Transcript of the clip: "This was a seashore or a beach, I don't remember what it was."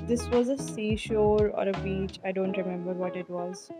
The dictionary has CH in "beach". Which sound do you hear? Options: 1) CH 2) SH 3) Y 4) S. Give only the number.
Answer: 1